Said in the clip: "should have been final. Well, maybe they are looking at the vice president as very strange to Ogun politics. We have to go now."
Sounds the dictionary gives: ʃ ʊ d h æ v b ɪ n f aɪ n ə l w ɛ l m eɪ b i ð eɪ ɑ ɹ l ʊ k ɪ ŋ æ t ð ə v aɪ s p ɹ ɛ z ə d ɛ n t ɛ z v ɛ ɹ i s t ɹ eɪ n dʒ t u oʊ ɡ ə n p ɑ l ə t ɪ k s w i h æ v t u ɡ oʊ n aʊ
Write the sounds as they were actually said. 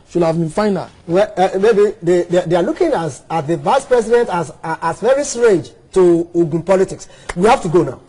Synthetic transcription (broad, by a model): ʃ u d h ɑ v b ɪ n f aɪ n ə l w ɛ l m eɪ b i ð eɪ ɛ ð l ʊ k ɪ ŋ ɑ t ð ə v aɪ s p ɹ ɛ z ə d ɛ n t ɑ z v ɛ ɹ i s t ɹ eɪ dʒ t u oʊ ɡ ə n p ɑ l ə t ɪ k s w i h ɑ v t u ɡ oʊ n aʊ